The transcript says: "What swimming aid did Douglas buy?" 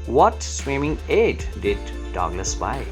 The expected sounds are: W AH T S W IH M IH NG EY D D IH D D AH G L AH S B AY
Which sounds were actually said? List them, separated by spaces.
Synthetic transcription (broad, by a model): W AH T S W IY M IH NG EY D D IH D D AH G N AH S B AY